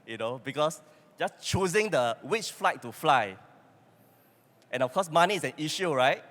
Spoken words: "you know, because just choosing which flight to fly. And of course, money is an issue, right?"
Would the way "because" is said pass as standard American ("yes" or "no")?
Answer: no